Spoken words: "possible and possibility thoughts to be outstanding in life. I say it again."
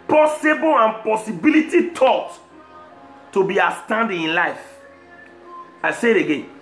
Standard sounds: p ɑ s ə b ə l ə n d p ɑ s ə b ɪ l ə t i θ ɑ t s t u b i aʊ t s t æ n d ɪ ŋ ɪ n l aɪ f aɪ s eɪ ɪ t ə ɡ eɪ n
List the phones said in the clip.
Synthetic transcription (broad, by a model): p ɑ s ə b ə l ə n p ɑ s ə b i l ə t i t ɑ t t u b i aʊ s t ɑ n d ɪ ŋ ɪ n l aɪ f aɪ s eɪ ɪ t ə ɡ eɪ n